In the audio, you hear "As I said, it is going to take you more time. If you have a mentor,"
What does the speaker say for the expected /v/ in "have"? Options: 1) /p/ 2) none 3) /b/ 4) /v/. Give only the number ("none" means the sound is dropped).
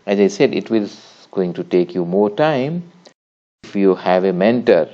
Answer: 4